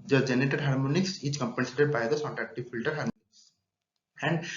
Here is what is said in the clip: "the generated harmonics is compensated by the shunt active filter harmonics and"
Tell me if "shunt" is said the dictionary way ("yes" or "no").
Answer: no